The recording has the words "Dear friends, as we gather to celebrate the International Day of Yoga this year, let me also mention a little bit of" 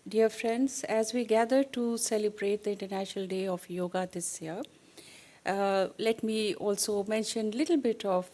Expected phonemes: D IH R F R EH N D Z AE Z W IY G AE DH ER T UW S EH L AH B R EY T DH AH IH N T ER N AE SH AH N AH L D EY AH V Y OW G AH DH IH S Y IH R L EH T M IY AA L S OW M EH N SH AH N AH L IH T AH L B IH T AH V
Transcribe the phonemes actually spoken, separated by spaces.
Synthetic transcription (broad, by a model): D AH R F R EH N D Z AE Z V IY G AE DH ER T UW S EH L AH B R EY T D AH IH N T ER N AE SH AH N AH L D EY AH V Y OW G AH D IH S Y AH R L EH T M IY AA L S OW M EH N SH AH N L IH T AH L B IH T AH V